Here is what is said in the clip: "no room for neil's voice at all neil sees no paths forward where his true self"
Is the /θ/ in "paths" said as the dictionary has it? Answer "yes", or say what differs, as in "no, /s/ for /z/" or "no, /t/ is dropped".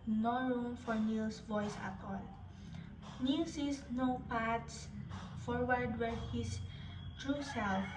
no, /t/ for /θ/